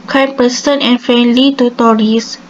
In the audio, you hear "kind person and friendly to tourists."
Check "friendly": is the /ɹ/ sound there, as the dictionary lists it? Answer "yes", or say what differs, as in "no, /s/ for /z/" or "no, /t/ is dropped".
no, /ɹ/ is dropped